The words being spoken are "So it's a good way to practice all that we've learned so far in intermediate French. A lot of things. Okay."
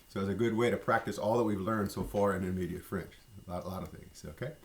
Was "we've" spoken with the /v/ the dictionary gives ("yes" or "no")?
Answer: yes